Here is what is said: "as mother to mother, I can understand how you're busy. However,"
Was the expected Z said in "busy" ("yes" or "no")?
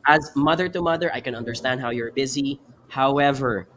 yes